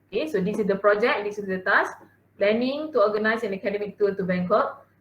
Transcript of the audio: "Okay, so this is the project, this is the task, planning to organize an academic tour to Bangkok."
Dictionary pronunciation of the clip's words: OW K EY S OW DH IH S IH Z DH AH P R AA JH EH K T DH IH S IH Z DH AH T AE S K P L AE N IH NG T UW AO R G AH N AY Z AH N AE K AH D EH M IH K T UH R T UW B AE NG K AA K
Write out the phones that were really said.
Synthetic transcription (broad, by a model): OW K EY S OW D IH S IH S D AH P R AA JH EH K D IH S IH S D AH T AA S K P L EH N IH NG T UW AO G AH N AY S AH N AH K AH D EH M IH K T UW L T UW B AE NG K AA